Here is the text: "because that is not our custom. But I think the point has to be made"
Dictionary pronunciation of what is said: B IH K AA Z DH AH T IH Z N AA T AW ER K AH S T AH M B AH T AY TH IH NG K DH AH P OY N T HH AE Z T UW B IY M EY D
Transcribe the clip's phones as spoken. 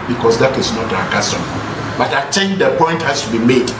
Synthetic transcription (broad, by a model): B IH K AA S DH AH T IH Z N AA T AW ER K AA S T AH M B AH T AY T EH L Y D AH P OY N T HH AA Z T UW B IY M EY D